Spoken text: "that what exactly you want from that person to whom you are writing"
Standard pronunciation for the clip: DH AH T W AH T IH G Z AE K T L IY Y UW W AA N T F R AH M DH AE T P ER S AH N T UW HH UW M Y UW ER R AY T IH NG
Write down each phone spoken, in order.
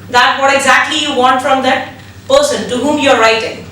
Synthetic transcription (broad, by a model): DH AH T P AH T IH G Z AE K T L IY Y UW W AA N T F R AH M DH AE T P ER S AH N T UW HH UW M Y UW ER R AY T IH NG